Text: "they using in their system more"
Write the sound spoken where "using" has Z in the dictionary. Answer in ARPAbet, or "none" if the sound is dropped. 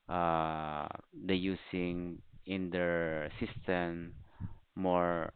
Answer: S